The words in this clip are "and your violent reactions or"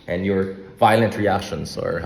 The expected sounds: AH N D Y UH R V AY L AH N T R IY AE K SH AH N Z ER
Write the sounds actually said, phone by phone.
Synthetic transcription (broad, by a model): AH N Y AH R V AY L AH N T R IY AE K SH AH N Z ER